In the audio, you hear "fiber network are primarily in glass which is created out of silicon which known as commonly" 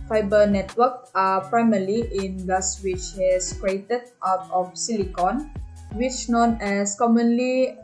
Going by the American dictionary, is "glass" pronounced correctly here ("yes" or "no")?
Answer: no